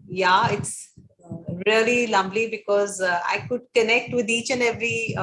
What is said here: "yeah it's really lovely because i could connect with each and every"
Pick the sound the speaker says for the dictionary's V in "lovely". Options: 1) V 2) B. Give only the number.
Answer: 2